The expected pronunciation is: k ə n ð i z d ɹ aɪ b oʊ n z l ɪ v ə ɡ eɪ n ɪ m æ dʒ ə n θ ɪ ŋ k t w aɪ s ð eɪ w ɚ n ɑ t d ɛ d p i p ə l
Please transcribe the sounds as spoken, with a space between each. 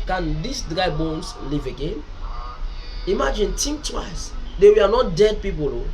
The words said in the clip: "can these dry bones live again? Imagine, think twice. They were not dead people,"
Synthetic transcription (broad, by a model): k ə n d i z d ɹ aɪ b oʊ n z l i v ə ɡ eɪ n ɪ m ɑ dʒ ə n t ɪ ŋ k t w aɪ s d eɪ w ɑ n ɑ t d ɛ d p i p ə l